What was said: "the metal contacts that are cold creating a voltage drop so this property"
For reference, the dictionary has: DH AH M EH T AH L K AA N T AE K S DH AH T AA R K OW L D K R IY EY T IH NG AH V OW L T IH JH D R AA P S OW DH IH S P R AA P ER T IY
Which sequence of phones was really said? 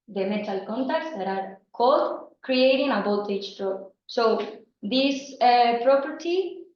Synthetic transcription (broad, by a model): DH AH M EH T AH L K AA N T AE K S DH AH T AA R K OW D K R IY EY T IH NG AH B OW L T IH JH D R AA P S OW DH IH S P R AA P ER T IY